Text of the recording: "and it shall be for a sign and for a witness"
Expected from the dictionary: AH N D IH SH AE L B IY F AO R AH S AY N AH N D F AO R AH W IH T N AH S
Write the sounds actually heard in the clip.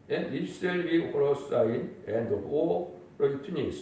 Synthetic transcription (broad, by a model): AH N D IH S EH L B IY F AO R AH S AY N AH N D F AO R AH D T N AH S